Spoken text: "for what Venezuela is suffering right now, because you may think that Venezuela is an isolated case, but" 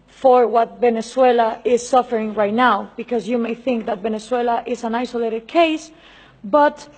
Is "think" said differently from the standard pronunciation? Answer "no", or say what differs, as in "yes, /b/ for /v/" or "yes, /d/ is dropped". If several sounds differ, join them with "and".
no